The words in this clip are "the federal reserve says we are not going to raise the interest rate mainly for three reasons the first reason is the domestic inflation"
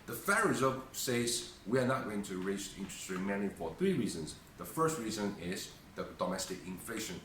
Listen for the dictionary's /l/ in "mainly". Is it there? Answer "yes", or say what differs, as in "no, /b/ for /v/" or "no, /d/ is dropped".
no, /l/ is dropped